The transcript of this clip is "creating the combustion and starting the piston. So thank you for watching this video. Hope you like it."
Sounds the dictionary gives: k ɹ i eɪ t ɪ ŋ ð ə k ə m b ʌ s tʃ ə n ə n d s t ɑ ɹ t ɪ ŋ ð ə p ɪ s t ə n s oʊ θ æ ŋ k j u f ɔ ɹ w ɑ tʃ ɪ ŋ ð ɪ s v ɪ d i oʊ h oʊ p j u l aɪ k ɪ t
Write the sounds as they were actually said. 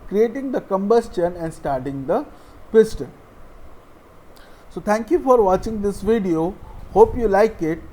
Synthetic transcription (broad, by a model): k ɹ i eɪ t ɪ ŋ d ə k ə m b ʌ s tʃ ə n ə n d s t ɑ ɹ t ɪ ŋ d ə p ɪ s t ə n s oʊ t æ ŋ k j u f ɔ ɹ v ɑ tʃ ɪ ŋ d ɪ s v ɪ d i oʊ h oʊ p j u l aɪ k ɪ t